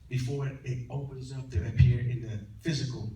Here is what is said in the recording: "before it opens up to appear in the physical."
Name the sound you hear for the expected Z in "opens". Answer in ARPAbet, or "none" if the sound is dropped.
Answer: Z